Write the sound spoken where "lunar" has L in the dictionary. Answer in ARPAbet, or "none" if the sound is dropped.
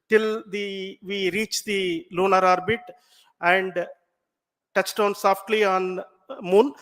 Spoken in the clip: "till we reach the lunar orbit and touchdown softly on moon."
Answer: L